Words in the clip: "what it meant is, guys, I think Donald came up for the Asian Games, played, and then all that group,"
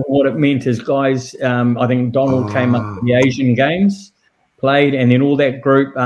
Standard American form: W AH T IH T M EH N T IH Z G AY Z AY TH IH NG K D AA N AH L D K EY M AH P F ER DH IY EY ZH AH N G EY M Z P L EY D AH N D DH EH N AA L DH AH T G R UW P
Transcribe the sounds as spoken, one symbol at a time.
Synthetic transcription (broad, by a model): W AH T IH T M EH N T IH Z G AY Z AY TH IH NG K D AA N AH L D K EY M AH P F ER DH IY EY ZH AH N G EY M Z P L EY D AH N DH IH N AA L DH AH T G R UW P